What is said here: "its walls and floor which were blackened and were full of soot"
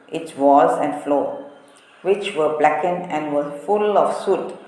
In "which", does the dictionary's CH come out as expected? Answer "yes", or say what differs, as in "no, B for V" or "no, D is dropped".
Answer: yes